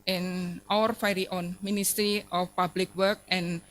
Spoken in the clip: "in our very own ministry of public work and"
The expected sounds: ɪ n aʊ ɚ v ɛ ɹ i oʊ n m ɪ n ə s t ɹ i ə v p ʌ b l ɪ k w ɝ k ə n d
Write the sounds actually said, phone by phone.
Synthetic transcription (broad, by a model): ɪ n aʊ ɚ f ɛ ɹ i oʊ n m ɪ n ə s t ɹ i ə f p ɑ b l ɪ k w ɝ k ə n